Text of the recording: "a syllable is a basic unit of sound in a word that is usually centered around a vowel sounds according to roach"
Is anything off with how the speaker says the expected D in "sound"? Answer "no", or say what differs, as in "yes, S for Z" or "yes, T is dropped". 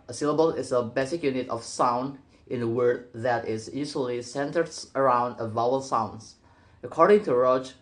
no